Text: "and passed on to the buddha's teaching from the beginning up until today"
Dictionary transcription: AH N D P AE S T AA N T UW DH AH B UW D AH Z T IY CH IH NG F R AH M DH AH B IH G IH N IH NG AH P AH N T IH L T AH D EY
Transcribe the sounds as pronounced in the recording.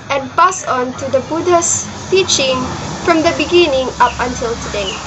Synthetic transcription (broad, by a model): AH N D P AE S AA N T UW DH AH B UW D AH S T IY CH IH NG F R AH M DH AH B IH G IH N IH NG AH P AH N T IH L T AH D EY